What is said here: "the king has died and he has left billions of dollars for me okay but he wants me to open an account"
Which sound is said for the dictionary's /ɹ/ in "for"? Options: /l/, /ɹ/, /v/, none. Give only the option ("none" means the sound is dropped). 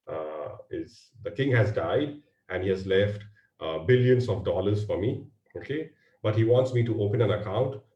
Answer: /ɹ/